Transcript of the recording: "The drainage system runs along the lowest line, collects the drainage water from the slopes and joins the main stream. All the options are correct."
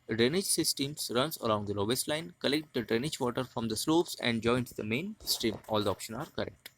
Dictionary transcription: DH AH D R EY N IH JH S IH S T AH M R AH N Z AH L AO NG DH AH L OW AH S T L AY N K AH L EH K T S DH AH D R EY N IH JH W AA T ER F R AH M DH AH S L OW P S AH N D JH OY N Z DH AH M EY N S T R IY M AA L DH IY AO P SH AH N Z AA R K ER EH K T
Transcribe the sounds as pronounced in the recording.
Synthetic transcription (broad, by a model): D R EY N IH JH S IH S T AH M R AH N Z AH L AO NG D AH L OW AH S T L AY N K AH L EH K T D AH D R EY N IH JH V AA T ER F R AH M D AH S L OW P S AH N D JH OY N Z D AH M EY N S T R IY M AA L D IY AO P SH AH N AA R K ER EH K T